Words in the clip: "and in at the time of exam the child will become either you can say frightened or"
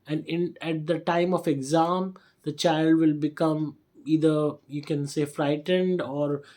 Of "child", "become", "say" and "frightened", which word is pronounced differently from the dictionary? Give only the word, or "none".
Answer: none